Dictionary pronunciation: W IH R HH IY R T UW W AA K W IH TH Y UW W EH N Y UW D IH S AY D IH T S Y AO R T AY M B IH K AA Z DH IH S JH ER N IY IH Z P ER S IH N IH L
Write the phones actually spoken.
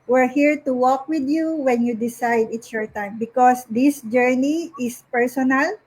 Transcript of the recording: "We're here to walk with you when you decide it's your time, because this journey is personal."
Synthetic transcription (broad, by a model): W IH R HH IY R T UW W AA K W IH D Y UW W EH N Y UW D IH S AY D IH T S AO R T AY M B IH K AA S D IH S JH ER N IY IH S P ER S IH N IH L